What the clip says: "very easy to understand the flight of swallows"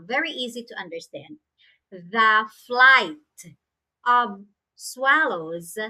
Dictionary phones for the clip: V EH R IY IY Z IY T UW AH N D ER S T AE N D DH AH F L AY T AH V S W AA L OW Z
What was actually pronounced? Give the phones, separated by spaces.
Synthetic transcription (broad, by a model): V EH R IY IY Z IY T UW AH N D ER S T AE N D DH AH F L AY T AH V S W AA L OW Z